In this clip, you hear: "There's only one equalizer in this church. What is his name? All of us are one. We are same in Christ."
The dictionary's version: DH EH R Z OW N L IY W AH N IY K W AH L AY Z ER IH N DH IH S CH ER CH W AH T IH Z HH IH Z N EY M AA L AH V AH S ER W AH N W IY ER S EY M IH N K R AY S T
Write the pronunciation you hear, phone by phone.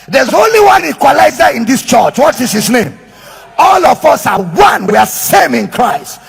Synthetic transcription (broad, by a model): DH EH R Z OW N L IY W AH N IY K W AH L AY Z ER IH N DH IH S CH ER CH W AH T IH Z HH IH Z N EY M AA L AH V AH S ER W AH N W IY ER S EY M IH N K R AY S T